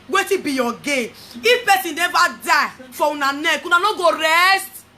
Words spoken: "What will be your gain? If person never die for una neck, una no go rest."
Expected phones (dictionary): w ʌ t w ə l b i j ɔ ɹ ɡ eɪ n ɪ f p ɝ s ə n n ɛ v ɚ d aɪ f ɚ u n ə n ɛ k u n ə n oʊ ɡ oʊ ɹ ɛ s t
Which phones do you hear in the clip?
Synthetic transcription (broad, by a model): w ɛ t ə b i j ɔ ɡ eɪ ɪ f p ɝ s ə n n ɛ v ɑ d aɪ f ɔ u n ə n ɛ k u n ə n oʊ ɡ oʊ ɹ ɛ s t